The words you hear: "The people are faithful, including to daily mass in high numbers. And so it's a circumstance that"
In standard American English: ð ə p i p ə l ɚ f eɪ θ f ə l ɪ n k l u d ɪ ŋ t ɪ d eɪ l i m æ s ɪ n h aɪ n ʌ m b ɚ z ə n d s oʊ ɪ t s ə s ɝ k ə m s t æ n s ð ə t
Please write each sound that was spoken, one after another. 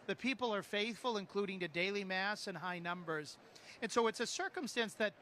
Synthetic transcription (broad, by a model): ð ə p i p l ɚ f eɪ θ f ə l ɪ n k l u d ɪ ŋ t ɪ d eɪ l i m æ s ɪ n h aɪ n ʌ m b ɚ z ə n s oʊ ɪ t s ə s ɝ k ə m s t æ n s ð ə t